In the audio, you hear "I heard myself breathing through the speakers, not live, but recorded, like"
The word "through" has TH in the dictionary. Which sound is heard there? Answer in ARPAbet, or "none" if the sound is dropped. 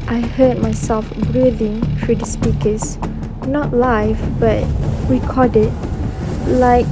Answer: F